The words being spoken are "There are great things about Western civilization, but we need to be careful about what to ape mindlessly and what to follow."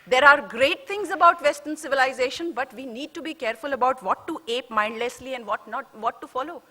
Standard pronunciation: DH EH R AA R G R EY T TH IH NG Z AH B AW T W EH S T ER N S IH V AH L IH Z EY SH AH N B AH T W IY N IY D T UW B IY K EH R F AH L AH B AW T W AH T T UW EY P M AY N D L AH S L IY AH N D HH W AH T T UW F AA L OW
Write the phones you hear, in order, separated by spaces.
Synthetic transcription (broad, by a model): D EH R AA R G R EY T T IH NG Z AH B AW T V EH S T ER N S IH V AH L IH Z EY SH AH N B AH T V IY N IY D T UW B IY K EH R F AH L AH B AW T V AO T T UW EY P M AY N D L AH S L IY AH N D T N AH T T UW F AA L OW